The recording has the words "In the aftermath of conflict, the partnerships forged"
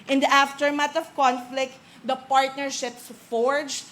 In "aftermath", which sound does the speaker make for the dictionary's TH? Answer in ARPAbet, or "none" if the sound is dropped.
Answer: T